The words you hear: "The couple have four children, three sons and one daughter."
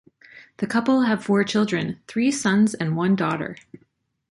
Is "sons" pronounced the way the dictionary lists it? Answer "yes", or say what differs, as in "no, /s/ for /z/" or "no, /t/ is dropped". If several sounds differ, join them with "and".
yes